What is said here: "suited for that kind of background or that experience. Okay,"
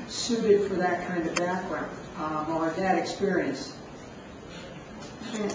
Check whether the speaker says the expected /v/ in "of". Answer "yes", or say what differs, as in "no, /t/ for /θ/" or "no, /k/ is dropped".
yes